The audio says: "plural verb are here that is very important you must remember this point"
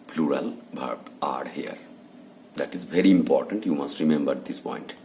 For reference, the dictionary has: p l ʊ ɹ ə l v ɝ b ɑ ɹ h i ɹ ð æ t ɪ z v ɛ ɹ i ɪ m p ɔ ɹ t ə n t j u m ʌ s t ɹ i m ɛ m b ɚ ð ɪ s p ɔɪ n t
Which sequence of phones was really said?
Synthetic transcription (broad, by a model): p l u ɹ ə l b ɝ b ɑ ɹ h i ɹ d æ t ɪ z v ɛ ɹ i ɪ m p ɔ ɹ t ə n t j u m ʌ s t ɹ i m ɛ m b ɚ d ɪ s p ɔɪ n t